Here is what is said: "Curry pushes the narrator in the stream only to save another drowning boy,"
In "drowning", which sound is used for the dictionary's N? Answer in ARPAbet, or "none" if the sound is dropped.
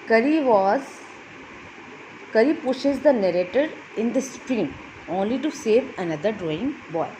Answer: none